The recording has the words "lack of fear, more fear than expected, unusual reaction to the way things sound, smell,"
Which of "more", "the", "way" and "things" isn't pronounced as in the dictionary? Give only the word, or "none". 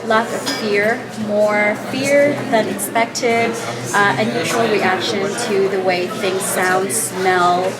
none